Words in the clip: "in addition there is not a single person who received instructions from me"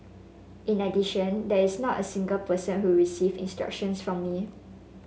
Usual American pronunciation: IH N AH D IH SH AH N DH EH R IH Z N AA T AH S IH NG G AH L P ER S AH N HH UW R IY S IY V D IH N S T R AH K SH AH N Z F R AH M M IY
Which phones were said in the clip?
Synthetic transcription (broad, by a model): IH N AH D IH SH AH N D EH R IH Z N AA T AH S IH NG G AH L P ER S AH N HH UW R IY S IY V IH N S T R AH K SH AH N S F R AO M M IY